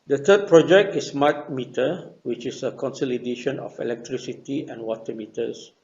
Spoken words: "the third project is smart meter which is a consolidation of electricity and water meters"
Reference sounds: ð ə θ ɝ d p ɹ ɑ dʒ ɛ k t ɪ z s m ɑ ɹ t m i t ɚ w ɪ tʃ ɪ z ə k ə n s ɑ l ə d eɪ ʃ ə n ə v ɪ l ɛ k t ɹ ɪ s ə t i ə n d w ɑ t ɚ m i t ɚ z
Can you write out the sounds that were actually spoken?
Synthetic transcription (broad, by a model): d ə t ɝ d p ɹ ɑ dʒ ɛ k t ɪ s m ɑ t m i t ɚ w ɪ tʃ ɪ s ə k ə n s ɑ l ə d eɪ ʃ ə n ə f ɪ l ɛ k t ɹ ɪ s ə t i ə n w ɑ t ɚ m i t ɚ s